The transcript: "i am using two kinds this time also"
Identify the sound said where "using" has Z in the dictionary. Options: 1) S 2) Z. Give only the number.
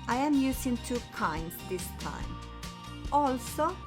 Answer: 1